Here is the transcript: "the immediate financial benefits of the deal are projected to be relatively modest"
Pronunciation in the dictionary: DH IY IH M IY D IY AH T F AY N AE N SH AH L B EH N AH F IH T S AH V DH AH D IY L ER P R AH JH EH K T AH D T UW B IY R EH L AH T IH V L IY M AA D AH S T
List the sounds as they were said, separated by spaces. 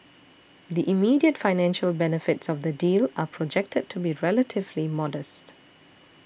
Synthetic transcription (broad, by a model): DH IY IH M IY D IY AH T F AY N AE N SH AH L B EH N AH F IH T S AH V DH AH D IY L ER P R AH JH EH K T AH D T UW B IY R EH L AH T IH V L IY M AA D AH S T